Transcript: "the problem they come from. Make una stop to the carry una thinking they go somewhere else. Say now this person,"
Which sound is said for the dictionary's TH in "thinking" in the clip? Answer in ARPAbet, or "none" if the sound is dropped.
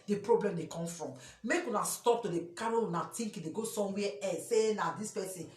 T